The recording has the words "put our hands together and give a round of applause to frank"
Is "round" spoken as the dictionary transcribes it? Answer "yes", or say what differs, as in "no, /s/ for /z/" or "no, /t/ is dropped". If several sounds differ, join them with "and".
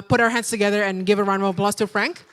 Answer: no, /d/ is dropped